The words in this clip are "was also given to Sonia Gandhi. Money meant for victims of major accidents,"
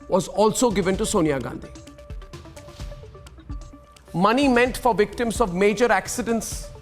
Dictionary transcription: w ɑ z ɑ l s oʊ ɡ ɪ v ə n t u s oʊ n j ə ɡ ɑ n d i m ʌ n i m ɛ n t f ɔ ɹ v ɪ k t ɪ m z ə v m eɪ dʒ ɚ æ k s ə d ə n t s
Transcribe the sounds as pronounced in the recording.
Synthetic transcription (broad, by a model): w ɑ z ɑ l s oʊ ɡ ɪ v ə n t u s oʊ n j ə ɡ ɑ n d i m ʌ n i m ɛ n t f ɔ ɹ v ɪ k t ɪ m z ə v m eɪ dʒ ɚ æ k s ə d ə n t s